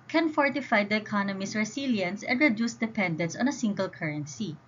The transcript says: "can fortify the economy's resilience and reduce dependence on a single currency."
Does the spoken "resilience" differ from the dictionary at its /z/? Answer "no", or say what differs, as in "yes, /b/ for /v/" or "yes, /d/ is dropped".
yes, /s/ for /z/